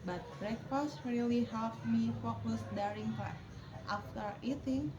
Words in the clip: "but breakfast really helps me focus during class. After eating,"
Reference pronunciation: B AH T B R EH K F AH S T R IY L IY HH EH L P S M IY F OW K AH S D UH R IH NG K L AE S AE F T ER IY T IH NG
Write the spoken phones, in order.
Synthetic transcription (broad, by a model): B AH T B R EH K F AH S T R IY L IY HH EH L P M IY F OW K AH S D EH R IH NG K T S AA F T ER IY T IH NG